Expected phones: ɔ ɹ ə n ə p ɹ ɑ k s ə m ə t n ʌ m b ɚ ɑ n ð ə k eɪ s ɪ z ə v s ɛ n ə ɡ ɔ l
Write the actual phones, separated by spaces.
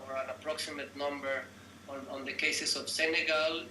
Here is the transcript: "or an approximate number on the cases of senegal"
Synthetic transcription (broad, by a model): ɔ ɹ ə n ə p ɹ ɑ k s ə m ə t n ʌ m b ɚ ɑ n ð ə k eɪ s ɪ s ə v s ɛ n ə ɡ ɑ l